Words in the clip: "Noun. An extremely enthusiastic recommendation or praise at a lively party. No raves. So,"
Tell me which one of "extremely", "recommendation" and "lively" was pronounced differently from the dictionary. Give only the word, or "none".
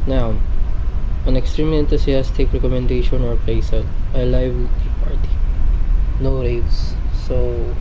lively